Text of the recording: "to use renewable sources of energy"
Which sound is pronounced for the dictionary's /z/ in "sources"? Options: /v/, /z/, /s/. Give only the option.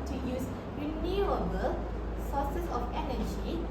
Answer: /s/